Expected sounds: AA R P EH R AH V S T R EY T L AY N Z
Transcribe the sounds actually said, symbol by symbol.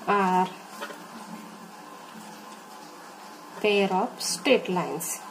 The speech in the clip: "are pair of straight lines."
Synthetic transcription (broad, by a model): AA R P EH R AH P S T EY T L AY N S